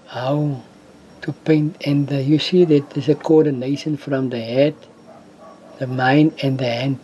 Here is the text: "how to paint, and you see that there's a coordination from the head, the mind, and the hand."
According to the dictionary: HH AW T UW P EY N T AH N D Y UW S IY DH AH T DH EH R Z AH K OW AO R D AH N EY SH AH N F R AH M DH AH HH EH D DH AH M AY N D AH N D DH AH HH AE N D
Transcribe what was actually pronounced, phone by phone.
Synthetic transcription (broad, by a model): HH AW T UW P EY N T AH N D Y UW S IY DH AH T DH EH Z AH K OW AO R D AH N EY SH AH N F R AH M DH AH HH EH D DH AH M AY N AH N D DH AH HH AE N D